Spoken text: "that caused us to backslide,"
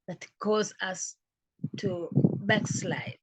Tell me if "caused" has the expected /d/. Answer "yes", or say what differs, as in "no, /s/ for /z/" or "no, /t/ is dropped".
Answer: no, /d/ is dropped